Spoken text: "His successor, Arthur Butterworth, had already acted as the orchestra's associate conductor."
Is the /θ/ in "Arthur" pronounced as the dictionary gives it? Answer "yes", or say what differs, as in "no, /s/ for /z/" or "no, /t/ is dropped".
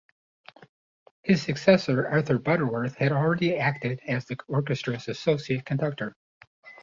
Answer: yes